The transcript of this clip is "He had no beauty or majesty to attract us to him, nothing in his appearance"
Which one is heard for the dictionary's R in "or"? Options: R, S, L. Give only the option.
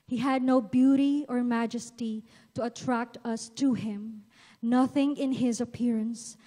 R